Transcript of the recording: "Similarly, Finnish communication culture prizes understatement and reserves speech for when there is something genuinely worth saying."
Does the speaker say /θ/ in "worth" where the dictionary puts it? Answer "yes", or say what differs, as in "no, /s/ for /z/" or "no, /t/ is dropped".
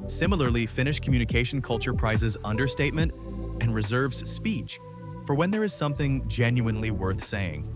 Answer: yes